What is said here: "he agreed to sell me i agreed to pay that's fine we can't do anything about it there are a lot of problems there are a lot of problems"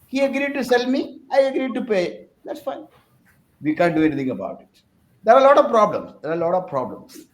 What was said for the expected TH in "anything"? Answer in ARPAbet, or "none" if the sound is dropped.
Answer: T